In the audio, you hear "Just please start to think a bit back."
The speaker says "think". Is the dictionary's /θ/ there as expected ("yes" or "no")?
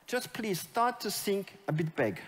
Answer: no